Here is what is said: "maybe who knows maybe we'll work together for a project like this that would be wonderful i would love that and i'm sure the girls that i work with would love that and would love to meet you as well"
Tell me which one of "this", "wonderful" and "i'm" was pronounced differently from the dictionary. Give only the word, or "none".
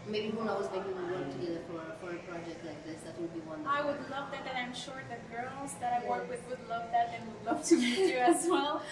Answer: wonderful